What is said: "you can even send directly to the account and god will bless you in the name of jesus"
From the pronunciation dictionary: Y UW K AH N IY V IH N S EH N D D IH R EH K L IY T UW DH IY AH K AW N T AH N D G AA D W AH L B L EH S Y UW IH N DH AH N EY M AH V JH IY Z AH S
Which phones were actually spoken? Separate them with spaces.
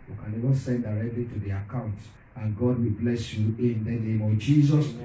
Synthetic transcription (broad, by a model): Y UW K AH N IY V IH N S EH N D D IH R EH K L IY T UW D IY AH K AW N T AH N G AA D W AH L B L EH S Y UW IH N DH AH N EY M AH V JH IY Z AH S